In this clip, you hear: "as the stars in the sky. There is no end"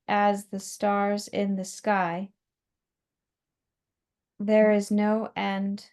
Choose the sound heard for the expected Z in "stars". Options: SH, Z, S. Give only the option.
Z